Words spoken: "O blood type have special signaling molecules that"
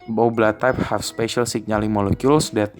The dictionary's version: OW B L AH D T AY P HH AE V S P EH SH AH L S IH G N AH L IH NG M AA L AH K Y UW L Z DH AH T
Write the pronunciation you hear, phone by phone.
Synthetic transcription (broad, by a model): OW B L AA T AY P HH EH F S P EH SH AH L S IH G N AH L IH NG M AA L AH K Y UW L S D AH T